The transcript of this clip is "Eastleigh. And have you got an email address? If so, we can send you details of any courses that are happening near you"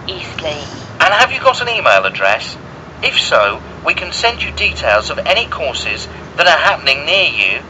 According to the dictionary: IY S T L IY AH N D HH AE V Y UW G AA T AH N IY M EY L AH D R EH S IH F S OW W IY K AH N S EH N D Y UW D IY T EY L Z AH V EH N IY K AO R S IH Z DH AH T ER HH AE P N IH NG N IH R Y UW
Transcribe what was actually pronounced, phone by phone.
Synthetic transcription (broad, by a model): IY S T L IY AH N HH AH V Y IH G AA T AH N IY M EY L AH D R EH S IH F S OW W IY K AH N S EH N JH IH D IY T EY L Z AH V EH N IY K AO R S IH Z DH AH T ER HH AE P N IH NG N IH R Y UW